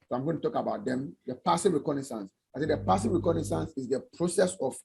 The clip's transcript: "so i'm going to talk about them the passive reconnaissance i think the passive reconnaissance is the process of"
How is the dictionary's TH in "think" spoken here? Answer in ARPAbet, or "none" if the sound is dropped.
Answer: S